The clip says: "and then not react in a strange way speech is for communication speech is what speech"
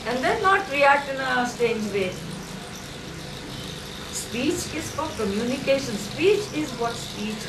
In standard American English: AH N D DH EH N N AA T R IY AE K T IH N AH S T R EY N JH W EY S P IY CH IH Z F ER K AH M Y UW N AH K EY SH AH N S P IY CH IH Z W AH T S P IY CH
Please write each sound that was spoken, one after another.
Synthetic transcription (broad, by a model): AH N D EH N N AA T R IY AE K T IH N AH S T EY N JH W EY S P IY CH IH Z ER K AH M Y UW N AH K EY SH AH N S P IY CH IH Z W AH T S P IY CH